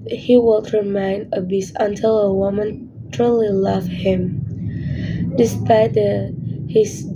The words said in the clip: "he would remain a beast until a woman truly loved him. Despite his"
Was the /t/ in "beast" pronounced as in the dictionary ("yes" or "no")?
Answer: no